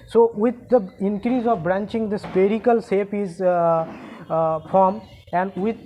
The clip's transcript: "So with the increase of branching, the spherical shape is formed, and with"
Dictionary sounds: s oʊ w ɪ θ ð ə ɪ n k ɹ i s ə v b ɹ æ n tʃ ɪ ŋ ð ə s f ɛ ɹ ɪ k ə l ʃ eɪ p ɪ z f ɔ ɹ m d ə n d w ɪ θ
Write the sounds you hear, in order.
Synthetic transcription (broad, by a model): s oʊ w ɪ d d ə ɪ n k ɹ i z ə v b ɹ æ n tʃ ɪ ŋ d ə s p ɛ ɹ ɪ k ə l s eɪ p ɪ z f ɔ ɹ m ə n d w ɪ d